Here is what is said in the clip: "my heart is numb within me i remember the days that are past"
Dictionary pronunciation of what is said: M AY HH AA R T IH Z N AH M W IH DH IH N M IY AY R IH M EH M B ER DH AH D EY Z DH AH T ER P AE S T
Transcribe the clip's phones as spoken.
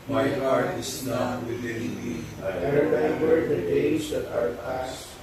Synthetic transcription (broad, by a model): M AY HH AA R T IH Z N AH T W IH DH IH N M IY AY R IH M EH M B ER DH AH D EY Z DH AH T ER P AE S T